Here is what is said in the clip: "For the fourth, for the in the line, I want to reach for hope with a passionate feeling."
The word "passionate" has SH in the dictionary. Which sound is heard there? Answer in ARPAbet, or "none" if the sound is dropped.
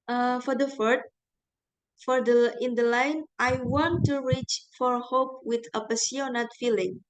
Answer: S